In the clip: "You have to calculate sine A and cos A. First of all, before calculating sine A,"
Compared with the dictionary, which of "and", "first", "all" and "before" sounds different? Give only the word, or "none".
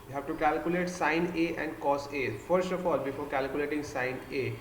none